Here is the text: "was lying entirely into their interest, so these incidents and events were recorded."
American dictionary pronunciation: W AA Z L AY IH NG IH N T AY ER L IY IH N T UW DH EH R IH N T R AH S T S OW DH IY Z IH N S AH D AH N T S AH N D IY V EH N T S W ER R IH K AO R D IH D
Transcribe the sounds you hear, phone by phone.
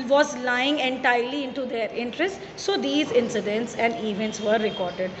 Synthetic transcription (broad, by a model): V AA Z L AY IH NG IH N T AY ER L IY IH N T UW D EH R IH N T R AH S T S OW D IY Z IH N S AH D AH N T S AH N D IY V EH N T S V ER R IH K AO R D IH D